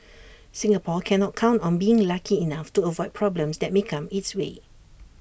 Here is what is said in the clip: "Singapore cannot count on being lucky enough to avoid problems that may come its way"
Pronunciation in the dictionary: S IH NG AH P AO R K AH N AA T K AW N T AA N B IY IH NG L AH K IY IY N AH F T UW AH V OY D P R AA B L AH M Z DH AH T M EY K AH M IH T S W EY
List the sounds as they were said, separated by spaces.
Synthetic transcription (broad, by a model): S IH NG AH P AO K AH N AA T K AW N T AA N B IY IH NG L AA K IY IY N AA F T UW AH V OY D P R AA B L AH M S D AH T M EY K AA M IH T S W EY